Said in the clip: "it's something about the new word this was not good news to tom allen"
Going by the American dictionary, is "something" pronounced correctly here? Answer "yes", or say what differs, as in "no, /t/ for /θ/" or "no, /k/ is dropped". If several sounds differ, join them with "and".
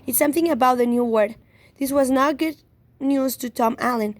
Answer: yes